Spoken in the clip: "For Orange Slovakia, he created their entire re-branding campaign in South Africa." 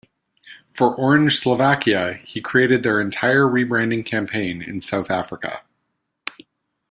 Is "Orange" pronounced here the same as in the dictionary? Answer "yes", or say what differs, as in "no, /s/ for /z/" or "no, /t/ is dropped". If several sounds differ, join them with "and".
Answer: no, /ʒ/ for /dʒ/